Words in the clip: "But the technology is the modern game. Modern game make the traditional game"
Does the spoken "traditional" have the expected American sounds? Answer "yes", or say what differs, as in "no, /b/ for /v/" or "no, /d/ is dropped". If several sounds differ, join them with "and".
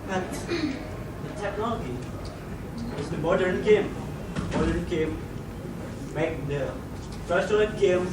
no, /n/ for /l/